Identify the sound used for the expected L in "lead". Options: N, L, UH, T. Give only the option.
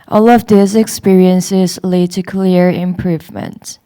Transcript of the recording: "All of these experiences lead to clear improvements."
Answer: L